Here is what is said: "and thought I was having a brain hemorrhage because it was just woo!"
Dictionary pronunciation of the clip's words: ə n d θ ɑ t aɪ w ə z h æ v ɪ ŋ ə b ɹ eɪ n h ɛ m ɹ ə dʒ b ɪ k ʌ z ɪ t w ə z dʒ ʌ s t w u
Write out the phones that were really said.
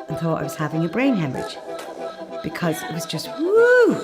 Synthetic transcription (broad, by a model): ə n θ ɑ t aɪ w ə z h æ v ɪ ŋ ə b ɹ eɪ n h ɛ m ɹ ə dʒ b ɪ k ʌ z ɪ t w ə z dʒ ʌ s t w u